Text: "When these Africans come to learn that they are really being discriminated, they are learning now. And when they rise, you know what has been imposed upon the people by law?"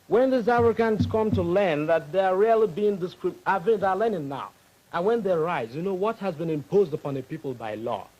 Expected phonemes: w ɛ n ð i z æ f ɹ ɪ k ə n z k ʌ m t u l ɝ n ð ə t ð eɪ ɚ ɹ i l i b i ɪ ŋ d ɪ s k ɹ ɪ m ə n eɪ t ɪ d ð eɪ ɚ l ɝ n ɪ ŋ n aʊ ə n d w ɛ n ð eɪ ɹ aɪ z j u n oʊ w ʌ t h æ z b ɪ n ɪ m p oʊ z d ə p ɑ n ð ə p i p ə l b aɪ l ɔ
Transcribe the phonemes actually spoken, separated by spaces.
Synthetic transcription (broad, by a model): w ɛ n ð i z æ f ɹ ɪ k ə n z k ʌ m t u l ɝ n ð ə t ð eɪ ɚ ɹ i l i b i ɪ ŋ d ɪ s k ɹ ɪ ə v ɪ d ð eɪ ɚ l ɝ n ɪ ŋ n aʊ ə n w ɛ n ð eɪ ɹ aɪ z j u n oʊ w ʌ t h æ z b ɪ n ɪ m p oʊ z d ə p ɑ n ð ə p i p ə l b aɪ l ɔ